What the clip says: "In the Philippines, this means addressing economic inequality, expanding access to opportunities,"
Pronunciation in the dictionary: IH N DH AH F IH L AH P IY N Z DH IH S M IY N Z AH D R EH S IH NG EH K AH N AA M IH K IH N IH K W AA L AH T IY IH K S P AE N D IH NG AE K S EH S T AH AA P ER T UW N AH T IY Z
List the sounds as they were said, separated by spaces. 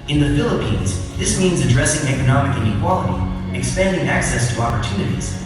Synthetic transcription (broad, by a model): IH N DH AH F IH L AH P IY N Z DH IH S M IY N Z AH D R EH S IH NG EH K AH N AA M IH K IH N IH K W AA L AH T IY IH K S P AE N D IH NG AE K S EH S T AH AA P ER T UW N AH T IY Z